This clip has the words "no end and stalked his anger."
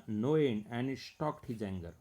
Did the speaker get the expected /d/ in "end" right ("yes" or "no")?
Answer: no